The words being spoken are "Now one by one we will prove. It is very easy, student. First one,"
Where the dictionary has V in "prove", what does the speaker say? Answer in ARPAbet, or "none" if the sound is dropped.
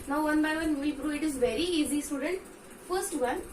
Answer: none